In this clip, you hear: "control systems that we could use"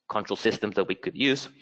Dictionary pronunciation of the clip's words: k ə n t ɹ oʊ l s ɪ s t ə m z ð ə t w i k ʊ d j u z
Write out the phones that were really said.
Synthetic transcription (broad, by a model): k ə n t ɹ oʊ l s ɪ s t ə m z ð ə t w i k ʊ d j u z